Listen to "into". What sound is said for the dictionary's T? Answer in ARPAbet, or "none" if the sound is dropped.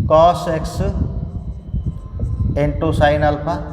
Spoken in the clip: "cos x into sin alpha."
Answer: T